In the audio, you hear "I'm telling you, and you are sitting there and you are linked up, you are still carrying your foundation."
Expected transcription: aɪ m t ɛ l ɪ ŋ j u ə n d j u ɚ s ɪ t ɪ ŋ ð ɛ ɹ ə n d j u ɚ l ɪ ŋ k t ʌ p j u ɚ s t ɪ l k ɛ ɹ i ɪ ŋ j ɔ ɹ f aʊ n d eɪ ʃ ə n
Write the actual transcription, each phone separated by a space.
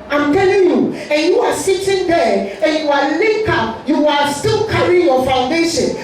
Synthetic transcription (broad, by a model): aɪ m t ɛ l ɪ ŋ j u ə n j u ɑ s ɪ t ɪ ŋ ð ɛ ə n j u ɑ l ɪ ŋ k ʌ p j u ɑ s t ɪ l k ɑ ɹ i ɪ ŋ j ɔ f aʊ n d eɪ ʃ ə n